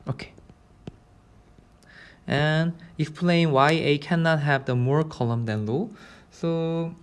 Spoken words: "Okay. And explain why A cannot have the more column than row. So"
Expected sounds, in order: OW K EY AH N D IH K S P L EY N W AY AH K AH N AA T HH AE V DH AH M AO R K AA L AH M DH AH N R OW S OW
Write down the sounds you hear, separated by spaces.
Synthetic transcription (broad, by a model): OW K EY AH N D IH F P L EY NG W AY AH K AH N AA T HH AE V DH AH M AO R K AA L AH M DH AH N L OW S OW